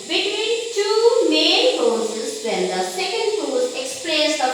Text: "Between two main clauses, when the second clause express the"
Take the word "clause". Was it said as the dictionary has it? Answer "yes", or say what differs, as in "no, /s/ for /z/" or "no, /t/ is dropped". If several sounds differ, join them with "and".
no, /l/ is dropped